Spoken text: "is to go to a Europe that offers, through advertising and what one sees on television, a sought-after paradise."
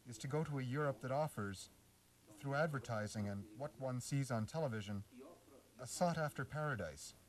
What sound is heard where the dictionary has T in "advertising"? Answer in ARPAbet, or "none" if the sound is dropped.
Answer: T